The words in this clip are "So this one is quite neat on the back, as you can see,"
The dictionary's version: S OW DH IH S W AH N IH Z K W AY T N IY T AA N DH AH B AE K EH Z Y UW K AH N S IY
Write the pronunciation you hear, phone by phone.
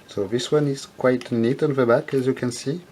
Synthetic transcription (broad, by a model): S OW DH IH S W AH N IH Z K W AY T N IY T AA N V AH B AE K EH Z Y UW K AH N S IY